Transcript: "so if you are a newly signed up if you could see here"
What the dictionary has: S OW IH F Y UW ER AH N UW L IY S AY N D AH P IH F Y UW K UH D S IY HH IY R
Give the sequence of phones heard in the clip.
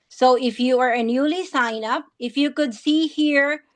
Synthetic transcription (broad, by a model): S OW IH F Y UW ER AH N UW L IY S AY N AH P IH F Y UW K UH D S IY HH IY R